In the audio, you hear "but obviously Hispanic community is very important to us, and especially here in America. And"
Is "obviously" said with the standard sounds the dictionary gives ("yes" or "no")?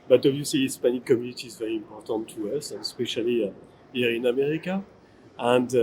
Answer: no